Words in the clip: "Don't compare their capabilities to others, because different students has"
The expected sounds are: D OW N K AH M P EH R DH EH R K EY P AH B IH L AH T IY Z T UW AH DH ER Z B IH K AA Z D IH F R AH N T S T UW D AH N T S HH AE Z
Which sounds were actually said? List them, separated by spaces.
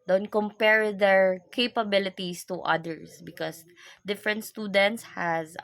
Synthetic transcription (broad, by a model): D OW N K AH M P EH R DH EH R K EY P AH B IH L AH T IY S T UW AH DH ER S B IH K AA S D IH F R AH N T S T UW D AH N T S HH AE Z